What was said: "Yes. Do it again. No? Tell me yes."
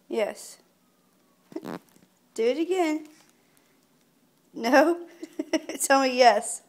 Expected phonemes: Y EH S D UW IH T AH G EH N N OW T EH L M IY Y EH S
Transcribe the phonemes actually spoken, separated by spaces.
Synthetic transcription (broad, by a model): Y EH S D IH IH T AH G EH N N OW T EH N M IY Y EH S